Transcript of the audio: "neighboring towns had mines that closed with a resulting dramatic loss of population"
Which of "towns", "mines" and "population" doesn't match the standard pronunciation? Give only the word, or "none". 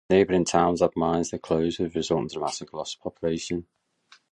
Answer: none